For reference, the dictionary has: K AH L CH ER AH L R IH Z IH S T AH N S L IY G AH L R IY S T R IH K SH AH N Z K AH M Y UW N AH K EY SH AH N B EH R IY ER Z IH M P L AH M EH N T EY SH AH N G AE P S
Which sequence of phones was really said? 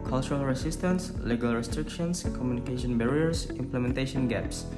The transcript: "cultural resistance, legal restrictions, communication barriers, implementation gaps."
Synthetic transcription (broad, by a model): K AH L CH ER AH L R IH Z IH S T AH N S L IY G AH L R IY S T R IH K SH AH N S K AH M Y UW N AH K EY SH AH N B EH R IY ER S IH M P L AH M EH N T EY SH AH N G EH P S